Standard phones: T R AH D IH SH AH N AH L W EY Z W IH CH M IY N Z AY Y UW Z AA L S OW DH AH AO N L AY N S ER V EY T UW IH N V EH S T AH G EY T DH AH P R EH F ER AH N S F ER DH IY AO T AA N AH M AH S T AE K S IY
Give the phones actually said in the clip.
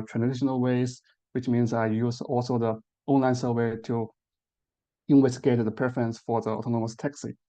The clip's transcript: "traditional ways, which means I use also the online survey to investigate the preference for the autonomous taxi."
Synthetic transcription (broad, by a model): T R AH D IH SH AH N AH L W EY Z W IH CH M IY N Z AY Y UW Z AA L S OW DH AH AO N L AY N S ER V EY T UW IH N W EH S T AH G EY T DH AH P R EH F ER AH N S F ER DH IY AO T AA N AH M AH S T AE K S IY